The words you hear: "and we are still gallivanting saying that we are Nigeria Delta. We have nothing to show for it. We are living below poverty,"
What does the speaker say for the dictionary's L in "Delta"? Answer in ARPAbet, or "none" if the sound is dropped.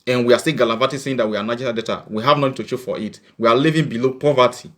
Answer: none